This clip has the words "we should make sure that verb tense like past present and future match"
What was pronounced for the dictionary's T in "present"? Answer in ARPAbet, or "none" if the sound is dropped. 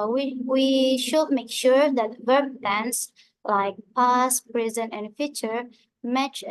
none